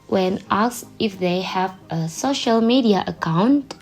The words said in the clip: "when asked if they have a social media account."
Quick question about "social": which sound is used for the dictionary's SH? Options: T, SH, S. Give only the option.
SH